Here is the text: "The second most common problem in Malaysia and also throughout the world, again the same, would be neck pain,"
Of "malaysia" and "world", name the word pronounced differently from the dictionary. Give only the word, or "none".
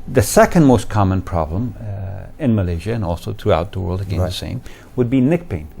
none